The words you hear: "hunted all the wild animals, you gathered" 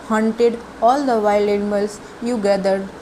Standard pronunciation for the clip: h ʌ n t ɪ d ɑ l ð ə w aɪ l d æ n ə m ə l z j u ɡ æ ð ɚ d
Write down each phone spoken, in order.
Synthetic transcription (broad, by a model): h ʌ n t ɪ d ɑ l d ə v aɪ l æ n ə m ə l s j u ɡ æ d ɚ d